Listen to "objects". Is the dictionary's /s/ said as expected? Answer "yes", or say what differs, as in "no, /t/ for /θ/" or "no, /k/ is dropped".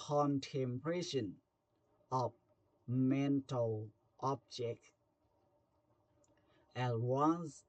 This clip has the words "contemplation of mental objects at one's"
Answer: no, /s/ is dropped